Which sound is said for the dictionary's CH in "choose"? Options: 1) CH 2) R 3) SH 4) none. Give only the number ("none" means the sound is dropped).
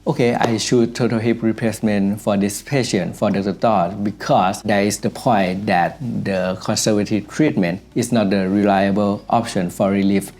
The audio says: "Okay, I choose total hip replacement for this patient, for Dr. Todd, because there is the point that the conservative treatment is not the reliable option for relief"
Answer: 3